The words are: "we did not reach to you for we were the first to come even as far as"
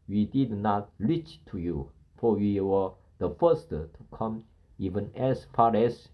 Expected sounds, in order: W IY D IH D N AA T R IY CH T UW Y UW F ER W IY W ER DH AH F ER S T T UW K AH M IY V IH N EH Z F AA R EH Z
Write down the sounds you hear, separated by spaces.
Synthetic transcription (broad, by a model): W IY D IH D N AA T L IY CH T UW Y UW F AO W IY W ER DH AH F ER S T T UW K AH M IY V IH N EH S F AA R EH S